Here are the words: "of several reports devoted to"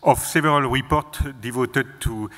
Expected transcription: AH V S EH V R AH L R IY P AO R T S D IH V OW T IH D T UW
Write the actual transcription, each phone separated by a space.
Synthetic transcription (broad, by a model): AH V S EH V R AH L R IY P AO R T D IH V OW T IH D T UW